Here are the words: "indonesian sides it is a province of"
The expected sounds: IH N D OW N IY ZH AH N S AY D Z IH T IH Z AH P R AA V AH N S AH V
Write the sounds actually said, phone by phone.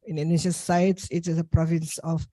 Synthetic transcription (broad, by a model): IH N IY N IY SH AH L S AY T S IH T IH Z AH P R AA V AH N S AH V